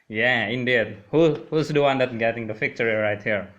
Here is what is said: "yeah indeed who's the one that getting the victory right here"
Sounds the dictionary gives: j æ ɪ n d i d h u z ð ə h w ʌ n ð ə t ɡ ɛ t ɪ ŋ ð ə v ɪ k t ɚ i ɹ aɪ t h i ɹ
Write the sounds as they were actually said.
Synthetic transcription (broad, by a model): j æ ɪ n d i d h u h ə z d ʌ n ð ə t ɡ ɛ t ɪ ŋ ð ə f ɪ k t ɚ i ɹ aɪ t h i ɹ